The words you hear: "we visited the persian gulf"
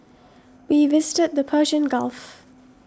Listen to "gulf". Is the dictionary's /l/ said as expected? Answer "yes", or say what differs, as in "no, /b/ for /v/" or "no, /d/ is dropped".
yes